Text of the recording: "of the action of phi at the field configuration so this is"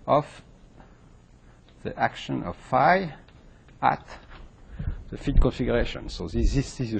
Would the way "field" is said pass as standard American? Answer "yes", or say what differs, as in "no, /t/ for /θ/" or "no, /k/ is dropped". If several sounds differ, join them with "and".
no, /l/ is dropped